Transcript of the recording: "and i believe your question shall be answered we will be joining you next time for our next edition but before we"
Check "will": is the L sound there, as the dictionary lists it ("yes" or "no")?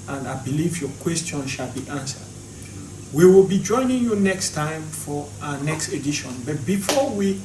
yes